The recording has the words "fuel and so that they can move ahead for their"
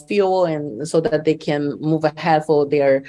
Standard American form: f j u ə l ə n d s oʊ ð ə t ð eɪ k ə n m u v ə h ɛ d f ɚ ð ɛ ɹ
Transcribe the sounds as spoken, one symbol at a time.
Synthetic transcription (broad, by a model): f j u l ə n s oʊ ð ə t ð eɪ k ə n m u v ə h ɛ d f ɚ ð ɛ ɹ